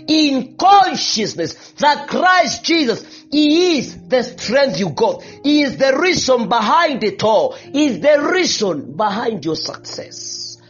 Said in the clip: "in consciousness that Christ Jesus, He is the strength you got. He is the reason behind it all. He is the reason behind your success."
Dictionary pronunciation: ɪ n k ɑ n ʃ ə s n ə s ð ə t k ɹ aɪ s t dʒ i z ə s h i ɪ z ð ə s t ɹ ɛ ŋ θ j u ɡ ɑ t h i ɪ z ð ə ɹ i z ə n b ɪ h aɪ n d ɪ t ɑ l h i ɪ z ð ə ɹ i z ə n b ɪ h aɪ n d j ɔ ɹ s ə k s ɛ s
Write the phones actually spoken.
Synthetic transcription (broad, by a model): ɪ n k ɑ n ʃ ə s n ə s ð ə t k ɹ aɪ s t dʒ i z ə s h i ɪ z ð ə s t ɹ ɛ ŋ θ j u ɡ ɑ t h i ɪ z ð ə ɹ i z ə n b ɪ h aɪ n d ɪ t ɑ l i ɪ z ð ə ɹ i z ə n b ɪ h aɪ n d j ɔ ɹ s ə k s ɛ s